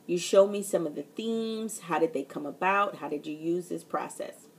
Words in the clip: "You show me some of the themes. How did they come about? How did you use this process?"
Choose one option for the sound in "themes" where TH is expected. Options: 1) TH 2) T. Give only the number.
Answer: 1